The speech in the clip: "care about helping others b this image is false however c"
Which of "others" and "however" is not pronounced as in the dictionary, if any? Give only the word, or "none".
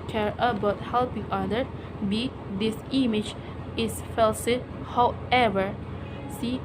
others